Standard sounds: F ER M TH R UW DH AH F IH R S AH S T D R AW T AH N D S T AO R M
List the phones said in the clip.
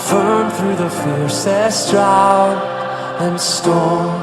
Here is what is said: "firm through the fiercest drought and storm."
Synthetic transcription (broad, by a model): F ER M TH R UW DH AH F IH R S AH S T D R AW AH N S T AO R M